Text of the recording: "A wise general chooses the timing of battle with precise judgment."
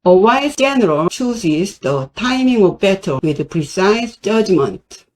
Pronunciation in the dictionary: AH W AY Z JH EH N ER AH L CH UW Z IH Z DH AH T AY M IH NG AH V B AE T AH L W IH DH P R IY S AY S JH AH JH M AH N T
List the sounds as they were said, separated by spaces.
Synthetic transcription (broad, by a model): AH W AY S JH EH N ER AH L CH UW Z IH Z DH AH T AY M IH NG AH V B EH T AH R W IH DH P R IY S AY S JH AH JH M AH N T